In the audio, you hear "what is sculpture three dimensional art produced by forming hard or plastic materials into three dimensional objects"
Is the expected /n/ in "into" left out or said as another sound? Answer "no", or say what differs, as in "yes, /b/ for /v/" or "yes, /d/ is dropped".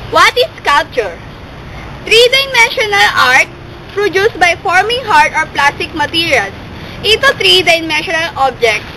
yes, /n/ is dropped